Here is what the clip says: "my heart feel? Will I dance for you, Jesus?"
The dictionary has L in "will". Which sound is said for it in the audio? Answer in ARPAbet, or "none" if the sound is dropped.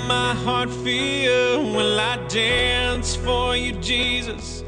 N